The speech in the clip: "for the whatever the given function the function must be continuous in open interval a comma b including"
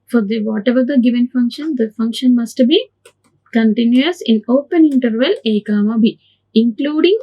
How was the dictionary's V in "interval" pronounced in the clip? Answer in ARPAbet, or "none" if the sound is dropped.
V